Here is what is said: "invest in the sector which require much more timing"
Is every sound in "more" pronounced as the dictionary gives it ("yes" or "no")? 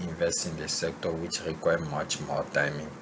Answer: no